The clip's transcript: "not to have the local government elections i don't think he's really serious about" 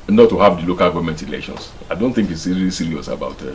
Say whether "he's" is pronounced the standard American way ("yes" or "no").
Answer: no